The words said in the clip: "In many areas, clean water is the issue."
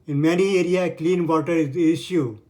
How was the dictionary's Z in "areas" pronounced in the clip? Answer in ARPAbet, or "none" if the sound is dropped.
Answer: none